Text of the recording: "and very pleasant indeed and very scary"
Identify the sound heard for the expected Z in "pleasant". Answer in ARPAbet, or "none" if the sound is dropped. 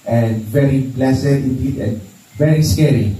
S